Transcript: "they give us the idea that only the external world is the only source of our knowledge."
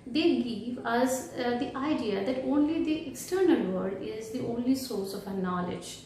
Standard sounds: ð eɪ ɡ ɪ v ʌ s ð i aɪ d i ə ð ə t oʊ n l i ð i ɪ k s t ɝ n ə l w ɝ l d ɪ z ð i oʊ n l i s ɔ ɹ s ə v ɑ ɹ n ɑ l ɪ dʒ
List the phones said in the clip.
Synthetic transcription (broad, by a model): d eɪ ɡ ɪ v ʌ s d i aɪ d i ə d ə t oʊ n l i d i ɪ k s t ɝ n ə l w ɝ d ɪ z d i oʊ n l i s ɔ ɹ s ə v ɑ n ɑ l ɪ dʒ